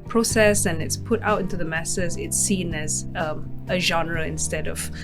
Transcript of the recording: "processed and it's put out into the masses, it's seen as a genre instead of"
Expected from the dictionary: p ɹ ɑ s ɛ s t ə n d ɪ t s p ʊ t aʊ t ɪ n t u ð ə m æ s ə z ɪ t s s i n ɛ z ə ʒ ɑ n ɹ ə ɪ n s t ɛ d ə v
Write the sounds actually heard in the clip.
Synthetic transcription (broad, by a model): p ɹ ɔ s ɛ s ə n ɪ t s p ʊ t aʊ t ɪ n t u ð ə m æ s ə z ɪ t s s i n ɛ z ə ʒ ɑ n ɹ ə ɪ n s t ɛ d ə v